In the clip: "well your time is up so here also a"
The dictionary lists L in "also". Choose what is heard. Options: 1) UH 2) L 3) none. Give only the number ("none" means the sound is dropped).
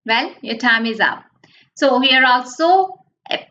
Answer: 2